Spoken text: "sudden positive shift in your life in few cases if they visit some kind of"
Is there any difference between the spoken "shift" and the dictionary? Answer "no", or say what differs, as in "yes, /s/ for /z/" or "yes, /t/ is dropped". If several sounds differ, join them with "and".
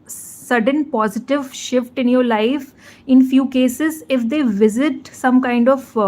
no